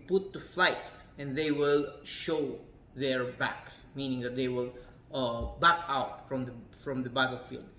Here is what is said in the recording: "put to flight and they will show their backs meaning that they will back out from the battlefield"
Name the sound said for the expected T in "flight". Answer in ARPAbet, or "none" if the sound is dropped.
T